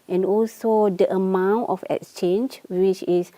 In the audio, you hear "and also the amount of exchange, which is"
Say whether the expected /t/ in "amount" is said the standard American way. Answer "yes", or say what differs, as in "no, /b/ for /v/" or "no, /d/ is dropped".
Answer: yes